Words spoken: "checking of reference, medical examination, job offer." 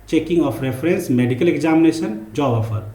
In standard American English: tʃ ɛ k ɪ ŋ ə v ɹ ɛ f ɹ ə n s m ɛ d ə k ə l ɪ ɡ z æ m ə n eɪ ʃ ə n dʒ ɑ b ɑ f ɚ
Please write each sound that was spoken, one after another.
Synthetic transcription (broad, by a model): tʃ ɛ k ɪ ŋ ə p ɹ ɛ p ɹ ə n s m ɛ d ə k ə l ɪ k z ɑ m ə n eɪ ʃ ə n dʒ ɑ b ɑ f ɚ